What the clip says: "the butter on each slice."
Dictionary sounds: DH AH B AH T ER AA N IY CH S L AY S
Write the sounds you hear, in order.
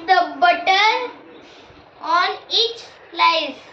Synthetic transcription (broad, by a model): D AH B AH T ER AA N IY CH L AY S